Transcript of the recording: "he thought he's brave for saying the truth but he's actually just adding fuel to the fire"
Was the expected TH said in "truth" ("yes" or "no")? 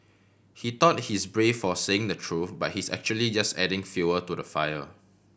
no